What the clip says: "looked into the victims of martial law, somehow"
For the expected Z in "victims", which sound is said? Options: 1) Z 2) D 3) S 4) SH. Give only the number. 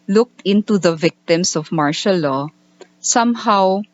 3